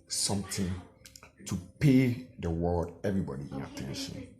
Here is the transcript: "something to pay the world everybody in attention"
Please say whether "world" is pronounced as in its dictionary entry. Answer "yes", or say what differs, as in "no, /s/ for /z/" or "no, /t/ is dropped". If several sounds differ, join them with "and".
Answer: no, /l/ is dropped